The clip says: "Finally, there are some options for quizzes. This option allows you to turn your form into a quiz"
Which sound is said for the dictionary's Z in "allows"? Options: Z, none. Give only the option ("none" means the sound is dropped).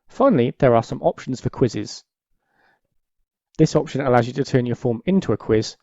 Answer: Z